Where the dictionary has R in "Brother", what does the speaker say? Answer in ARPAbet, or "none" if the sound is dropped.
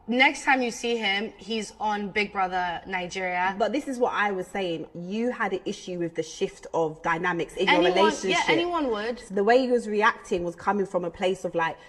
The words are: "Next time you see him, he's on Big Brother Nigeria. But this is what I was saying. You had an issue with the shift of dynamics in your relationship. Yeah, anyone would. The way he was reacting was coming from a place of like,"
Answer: R